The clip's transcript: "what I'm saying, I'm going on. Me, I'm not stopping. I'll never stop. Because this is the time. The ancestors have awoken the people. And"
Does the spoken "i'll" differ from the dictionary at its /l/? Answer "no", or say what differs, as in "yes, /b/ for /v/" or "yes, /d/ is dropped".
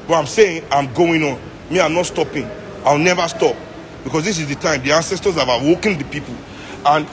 yes, /w/ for /l/